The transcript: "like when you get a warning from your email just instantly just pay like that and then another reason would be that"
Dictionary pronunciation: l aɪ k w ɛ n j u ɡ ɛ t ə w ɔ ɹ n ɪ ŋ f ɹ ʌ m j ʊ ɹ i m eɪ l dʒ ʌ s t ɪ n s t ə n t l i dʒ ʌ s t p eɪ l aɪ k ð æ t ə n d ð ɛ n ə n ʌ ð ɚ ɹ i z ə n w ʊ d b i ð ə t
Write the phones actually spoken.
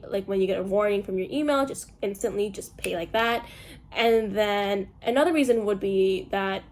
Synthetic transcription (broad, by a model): l aɪ k w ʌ n j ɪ ɡ ɛ t ə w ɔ ɹ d ɪ ŋ f ɹ ʌ m j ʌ ɹ i m eɪ l dʒ ʌ s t ɪ n s t ə n t l i dʒ ʌ s p eɪ l aɪ k ð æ t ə n ð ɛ n ə n ʌ ð ɚ ɹ i z ə n w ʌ d b i ð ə t